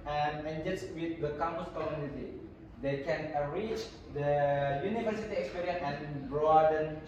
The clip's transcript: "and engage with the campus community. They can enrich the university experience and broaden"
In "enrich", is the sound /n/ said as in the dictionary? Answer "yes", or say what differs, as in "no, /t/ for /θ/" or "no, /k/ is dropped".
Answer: no, /n/ is dropped